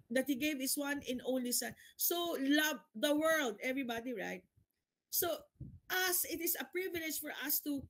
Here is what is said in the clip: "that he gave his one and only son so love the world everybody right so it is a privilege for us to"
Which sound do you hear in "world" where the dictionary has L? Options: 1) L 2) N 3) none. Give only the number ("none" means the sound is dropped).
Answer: 1